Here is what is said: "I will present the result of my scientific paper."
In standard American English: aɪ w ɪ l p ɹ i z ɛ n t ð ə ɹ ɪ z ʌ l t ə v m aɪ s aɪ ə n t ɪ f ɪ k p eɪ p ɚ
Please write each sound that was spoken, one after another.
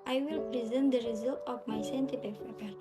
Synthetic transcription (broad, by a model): aɪ w ɪ l p ɹ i z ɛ n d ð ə ɹ ɪ z ʌ l t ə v m aɪ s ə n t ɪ p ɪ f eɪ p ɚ